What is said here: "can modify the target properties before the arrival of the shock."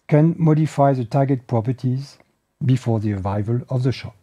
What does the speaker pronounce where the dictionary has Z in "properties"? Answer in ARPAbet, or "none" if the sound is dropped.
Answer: Z